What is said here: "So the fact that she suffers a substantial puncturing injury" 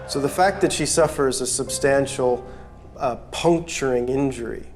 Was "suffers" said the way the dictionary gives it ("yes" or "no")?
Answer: yes